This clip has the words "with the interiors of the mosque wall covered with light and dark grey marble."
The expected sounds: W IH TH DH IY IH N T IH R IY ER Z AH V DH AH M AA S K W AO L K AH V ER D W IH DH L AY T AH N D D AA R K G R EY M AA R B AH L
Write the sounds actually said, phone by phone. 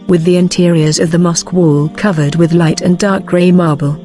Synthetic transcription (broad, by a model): W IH DH IY IH N T IH R IY ER Z AH V DH AH M AA S K W AO L K AH V ER D W IH DH L AY T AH N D D AA R K G R EY M AA R B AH L